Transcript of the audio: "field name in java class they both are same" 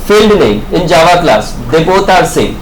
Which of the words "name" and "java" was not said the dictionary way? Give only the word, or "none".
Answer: name